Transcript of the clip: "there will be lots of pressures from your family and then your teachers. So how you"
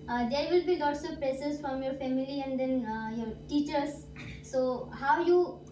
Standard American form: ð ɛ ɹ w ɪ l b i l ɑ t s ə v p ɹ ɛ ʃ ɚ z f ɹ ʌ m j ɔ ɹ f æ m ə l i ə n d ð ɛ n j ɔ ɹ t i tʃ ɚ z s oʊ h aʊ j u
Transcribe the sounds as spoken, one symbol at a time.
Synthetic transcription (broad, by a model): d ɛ ɹ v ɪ l b i l ɑ t s ə v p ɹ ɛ s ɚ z f ɹ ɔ m j ɔ ɹ f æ m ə l i ə n d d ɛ n j ɔ ɹ t i tʃ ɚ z s oʊ h aʊ j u